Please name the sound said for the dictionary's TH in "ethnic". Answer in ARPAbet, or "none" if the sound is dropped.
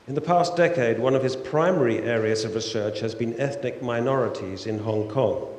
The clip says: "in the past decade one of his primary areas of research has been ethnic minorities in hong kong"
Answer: TH